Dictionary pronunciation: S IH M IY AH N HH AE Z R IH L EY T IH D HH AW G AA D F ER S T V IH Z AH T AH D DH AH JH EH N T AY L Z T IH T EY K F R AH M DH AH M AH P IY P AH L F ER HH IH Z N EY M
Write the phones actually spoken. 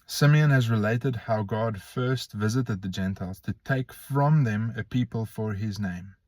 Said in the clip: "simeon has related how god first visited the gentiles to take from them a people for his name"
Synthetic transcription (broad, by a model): S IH M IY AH N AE Z R IH L EY T IH D HH AW G AA D F ER S T V IH Z AH T AH D DH AH JH EH N T AY L Z T IH T EY K F R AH M DH AH M AH P IY P AH L F ER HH IH Z N EY M